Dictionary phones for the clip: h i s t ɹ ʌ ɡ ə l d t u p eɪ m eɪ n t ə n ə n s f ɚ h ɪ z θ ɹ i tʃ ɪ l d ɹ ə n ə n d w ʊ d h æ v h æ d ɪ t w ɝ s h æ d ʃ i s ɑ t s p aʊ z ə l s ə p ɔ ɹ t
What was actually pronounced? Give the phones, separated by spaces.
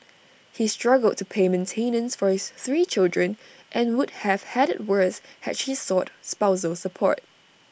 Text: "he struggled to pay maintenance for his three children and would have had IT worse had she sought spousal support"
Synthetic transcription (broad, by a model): h i s t ɹ ʌ ɡ ə l d t u p eɪ m eɪ n t ə n ə n s f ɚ h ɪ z θ ɹ i tʃ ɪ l d ɹ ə n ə n w ʊ d h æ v h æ d ɪ t w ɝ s h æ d ʃ i s ɑ t s p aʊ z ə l s ə p ɔ ɹ t